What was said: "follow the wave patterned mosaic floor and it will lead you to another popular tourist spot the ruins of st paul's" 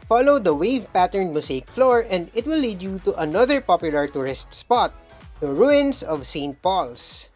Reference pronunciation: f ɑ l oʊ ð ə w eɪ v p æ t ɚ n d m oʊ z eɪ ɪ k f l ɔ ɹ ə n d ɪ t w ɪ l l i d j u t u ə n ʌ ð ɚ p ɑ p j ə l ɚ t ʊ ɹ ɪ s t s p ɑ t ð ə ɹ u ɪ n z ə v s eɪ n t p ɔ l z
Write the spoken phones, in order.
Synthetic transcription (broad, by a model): f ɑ l oʊ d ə w eɪ v p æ t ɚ n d m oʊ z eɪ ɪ k f l ɔ ɹ ə n d ɪ t w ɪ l l i d j u t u ə n ʌ ð ɚ p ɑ p j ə l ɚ t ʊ ɹ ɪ s t s p ɑ t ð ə ɹ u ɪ n s ə v s eɪ n t p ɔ l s